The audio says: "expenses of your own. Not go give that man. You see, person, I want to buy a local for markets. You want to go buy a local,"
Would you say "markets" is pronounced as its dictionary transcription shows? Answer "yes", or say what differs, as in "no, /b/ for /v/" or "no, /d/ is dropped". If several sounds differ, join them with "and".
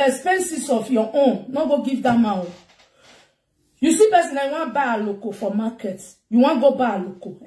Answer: no, /s/ is dropped